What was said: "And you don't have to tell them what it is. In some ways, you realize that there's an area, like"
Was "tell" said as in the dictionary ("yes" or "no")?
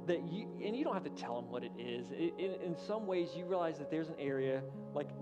yes